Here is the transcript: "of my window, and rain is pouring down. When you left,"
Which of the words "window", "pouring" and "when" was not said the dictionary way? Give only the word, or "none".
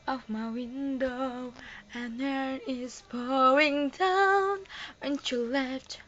pouring